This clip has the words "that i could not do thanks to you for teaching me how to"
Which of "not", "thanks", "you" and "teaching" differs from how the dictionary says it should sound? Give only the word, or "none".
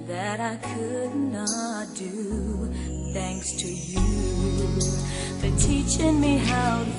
none